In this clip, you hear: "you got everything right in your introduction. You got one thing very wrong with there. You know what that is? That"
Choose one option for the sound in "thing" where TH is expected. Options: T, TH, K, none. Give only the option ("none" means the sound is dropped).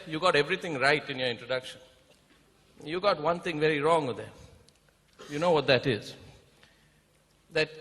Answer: T